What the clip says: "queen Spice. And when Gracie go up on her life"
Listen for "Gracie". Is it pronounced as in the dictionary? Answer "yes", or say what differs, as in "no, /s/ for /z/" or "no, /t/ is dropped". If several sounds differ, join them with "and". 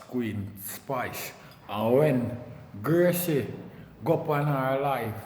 no, /ɹ/ is dropped